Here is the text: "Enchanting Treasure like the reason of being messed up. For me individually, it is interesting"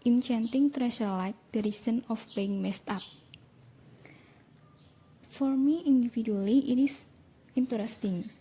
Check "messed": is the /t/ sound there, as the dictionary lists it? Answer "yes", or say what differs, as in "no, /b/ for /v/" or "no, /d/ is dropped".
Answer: yes